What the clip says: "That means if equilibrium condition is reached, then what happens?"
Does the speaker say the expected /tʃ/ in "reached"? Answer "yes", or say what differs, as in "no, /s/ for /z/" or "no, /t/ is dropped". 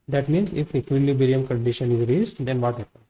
no, /s/ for /tʃ/